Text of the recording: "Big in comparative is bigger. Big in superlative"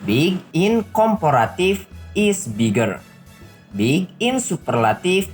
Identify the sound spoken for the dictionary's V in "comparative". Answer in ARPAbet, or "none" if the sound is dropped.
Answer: F